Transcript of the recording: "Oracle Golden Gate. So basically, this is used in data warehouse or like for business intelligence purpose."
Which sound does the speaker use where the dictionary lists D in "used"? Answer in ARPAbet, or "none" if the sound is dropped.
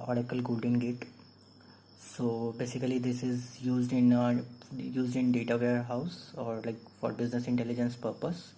D